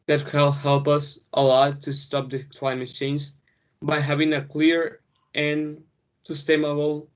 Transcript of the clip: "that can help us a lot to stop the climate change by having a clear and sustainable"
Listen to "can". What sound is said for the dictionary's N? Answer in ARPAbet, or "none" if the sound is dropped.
L